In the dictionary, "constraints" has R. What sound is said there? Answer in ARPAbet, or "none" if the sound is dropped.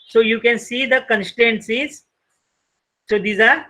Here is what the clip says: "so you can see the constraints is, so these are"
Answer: none